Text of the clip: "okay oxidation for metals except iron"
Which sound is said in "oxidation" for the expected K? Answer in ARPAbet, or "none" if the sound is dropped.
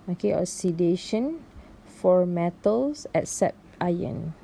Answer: none